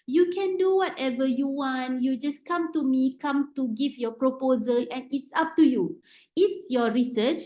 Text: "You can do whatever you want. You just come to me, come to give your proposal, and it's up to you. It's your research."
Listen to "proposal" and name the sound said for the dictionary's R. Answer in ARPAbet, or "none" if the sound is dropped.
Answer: R